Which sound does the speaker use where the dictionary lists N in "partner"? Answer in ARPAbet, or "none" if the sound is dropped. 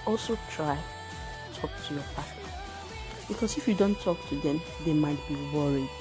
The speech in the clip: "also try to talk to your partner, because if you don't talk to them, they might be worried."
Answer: none